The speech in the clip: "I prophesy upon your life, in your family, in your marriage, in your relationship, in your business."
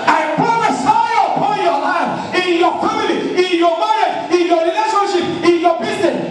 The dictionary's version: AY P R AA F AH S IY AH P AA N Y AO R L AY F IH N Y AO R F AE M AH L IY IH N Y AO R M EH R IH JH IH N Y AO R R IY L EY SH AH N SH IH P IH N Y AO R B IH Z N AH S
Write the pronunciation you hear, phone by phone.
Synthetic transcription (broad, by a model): AY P R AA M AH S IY AH P AA N Y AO L AY F IH N Y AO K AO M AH N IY IH N Y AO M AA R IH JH IH N Y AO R R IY L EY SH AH N SH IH P IH N Y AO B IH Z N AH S